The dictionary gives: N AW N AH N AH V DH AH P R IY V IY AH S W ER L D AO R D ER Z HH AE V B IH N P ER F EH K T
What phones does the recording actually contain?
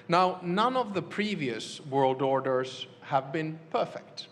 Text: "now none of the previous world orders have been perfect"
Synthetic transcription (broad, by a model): N AW N AH N AH V DH AH P R IY V IY AH S W ER L D AO R D ER Z HH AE V B IH N P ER F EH K T